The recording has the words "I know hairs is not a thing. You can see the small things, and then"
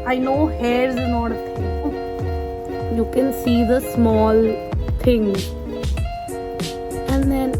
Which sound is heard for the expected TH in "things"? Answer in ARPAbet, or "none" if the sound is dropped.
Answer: T